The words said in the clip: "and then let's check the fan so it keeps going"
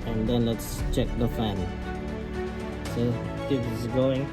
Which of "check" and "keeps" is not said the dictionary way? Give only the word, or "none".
keeps